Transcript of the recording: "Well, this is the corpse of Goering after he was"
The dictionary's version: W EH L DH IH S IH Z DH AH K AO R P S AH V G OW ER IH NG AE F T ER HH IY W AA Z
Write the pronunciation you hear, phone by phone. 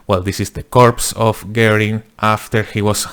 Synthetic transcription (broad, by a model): W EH L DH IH S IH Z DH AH K AO R P S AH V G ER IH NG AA F T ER HH IY W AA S